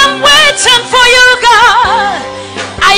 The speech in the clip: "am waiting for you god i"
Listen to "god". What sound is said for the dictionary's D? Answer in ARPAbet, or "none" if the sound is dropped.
none